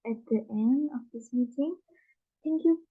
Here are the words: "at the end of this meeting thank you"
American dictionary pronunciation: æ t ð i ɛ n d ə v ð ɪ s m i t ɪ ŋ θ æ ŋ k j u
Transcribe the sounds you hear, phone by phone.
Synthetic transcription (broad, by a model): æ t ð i ɛ n d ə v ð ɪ s m i t ɪ ŋ t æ ŋ k j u